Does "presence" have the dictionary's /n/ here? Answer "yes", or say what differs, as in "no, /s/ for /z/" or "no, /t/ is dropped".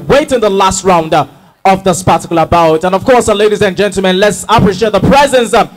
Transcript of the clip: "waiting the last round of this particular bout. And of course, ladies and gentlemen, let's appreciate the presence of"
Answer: yes